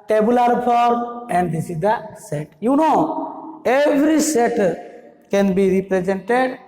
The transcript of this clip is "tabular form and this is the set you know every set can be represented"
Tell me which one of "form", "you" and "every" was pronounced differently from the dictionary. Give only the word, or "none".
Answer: form